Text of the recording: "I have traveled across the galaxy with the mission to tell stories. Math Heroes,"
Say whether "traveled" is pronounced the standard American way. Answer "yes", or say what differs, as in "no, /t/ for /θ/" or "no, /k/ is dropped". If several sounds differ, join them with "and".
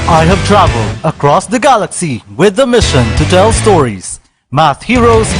yes